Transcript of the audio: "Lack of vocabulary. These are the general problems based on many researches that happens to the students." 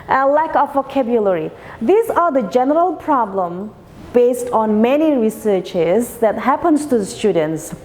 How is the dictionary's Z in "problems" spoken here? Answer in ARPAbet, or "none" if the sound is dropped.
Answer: none